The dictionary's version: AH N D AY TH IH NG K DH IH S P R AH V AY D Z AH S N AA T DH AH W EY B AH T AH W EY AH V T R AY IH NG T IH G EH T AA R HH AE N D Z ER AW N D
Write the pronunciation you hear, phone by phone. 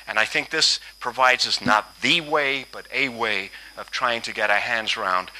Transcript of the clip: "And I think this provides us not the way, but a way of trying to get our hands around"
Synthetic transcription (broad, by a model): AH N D AY TH IH NG K DH IH S P R AH V AY D Z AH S N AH T DH AH W EY B AH T AH W EY AH V T R AY IH NG T IH G EH T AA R HH AE N D Z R AW N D